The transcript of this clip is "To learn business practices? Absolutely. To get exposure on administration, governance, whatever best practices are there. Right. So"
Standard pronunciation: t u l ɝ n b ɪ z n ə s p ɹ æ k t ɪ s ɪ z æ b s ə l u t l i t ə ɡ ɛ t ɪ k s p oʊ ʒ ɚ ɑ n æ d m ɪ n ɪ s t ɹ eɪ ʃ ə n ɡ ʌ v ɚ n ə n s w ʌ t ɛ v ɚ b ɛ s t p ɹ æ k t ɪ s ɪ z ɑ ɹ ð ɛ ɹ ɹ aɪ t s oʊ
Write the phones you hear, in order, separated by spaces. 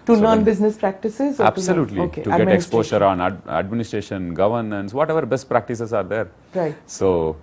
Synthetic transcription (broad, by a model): t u n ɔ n b ɪ z n ə s p ɹ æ k t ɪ s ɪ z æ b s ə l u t l i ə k ɛ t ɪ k s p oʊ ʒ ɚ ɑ n æ d m ɪ n ɪ s t ɹ eɪ ʃ ə n ɡ ʌ v ɚ n ə n s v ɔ t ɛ v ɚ b ɛ s t p ɹ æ k t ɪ s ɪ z ɑ ɹ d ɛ ɹ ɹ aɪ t s oʊ